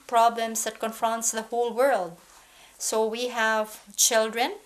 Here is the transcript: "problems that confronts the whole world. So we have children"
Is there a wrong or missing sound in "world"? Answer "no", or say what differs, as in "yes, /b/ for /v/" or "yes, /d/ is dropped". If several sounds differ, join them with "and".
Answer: no